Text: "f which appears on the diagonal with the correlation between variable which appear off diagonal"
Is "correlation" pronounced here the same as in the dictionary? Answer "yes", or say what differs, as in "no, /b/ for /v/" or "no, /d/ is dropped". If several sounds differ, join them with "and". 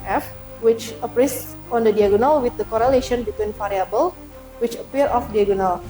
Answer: yes